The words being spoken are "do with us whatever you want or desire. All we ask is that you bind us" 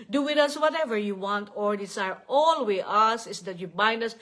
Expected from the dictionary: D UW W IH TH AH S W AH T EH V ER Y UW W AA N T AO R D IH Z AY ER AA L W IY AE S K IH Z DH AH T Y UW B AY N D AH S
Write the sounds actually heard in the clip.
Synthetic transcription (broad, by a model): D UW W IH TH AH S W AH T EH V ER Y UW W AA N T AO R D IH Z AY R AA L W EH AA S IH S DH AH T Y UW B AY N D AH S